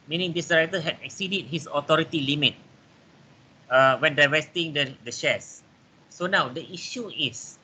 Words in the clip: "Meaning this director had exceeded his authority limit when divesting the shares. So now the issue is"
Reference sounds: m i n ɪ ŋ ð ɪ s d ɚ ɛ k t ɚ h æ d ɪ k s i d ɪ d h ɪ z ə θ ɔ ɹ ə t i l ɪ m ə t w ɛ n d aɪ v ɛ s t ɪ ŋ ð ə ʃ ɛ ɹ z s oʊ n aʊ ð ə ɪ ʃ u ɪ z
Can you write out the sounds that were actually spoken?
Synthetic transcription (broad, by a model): m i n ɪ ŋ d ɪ s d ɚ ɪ t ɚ h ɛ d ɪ k s i d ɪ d h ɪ s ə t ɔ ɹ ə t i l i m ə t w ɛ n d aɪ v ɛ s t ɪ ŋ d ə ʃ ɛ s oʊ n aʊ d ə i ʃ u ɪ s